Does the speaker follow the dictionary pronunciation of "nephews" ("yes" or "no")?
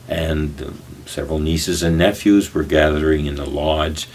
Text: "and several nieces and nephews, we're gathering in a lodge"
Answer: yes